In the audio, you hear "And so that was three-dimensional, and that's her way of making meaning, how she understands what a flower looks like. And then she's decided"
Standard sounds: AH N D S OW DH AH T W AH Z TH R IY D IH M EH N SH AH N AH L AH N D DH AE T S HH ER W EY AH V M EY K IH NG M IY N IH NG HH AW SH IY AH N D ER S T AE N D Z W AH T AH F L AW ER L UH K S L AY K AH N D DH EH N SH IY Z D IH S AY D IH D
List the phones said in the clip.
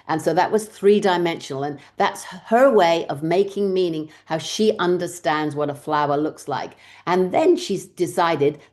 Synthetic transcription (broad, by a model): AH N S OW DH AH T W AH Z TH R IY D IH M EH N SH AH N L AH N DH AE T S HH ER W EY AH V M EY K IH NG M IY N IH NG HH AW SH IY AH N D ER S T AE N D Z W AH T AH F L AW ER L UH K S L AY K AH N DH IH N SH IY Z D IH S AY D IH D